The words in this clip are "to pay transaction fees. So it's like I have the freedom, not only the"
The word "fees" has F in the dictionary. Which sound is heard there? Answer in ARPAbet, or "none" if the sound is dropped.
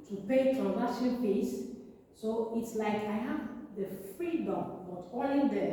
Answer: P